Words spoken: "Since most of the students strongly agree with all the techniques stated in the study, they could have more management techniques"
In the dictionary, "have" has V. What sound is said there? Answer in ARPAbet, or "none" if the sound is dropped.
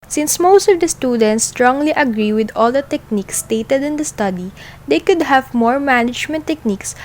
V